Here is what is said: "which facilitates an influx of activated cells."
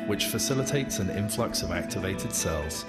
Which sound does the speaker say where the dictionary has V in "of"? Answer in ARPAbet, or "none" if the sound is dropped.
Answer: V